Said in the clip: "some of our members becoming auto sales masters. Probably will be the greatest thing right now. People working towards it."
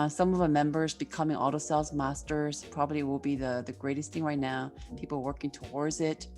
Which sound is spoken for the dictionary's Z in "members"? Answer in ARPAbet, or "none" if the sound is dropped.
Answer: Z